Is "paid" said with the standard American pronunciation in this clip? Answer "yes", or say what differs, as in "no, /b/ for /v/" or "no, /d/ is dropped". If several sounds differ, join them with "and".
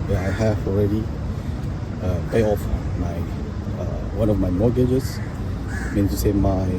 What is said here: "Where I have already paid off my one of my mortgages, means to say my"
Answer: no, /d/ is dropped